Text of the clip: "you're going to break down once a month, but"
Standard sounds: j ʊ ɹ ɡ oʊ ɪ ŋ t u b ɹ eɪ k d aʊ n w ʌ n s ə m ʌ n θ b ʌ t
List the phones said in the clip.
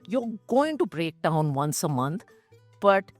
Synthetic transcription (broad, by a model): j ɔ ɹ ɡ oʊ ɪ ŋ t u b ɹ eɪ k d aʊ n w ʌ n s ə m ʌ n t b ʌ t